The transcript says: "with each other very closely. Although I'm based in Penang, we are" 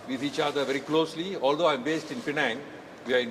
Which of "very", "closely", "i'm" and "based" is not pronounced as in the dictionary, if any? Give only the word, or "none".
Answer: none